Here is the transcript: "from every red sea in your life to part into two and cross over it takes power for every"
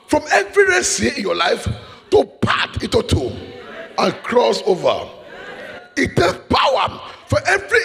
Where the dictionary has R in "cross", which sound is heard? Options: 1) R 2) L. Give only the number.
1